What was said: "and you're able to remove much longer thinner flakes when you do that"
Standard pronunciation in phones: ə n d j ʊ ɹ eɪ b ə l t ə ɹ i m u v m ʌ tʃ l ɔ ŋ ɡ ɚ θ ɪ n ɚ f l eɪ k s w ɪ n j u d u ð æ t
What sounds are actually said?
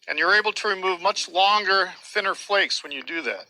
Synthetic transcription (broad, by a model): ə n j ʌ ɹ eɪ b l t ə ɹ i m u v m ʌ tʃ l ɔ ŋ ɡ ɚ θ ɪ n ɚ f l eɪ k s w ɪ n j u d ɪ ð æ t